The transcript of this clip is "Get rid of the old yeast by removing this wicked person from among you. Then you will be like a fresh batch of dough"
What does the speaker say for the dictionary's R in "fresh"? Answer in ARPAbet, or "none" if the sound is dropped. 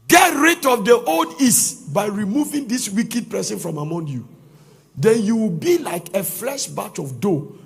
L